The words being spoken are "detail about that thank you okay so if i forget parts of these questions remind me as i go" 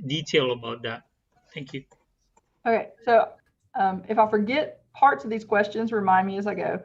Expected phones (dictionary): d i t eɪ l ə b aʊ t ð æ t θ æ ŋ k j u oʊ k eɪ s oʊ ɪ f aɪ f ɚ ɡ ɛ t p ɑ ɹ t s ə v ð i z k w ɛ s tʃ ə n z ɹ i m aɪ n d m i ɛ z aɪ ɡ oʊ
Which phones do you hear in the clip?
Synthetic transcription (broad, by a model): d i t eɪ l ə b aʊ t ð æ t θ æ ŋ k j u oʊ k eɪ s oʊ ɪ f aɪ f ɚ ɡ ɛ t p ɑ ɹ t s ə v ð i z k w ɛ s tʃ ə n z ɹ i m aɪ n d m i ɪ z aɪ ɡ oʊ